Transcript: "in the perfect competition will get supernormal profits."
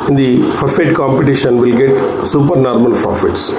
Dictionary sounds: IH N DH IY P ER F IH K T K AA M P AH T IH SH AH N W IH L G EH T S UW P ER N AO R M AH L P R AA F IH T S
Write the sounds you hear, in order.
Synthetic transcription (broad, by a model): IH N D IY F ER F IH T K AA M P AH T IH SH AH N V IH L G EH T S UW P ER N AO R M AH L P R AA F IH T S